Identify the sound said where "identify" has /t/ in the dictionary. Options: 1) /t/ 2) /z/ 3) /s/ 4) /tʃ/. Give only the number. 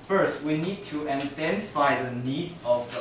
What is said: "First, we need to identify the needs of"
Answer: 3